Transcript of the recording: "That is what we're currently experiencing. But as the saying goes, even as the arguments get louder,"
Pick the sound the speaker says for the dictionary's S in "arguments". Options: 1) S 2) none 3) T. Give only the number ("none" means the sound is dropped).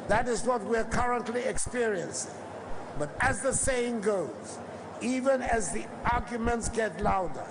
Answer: 1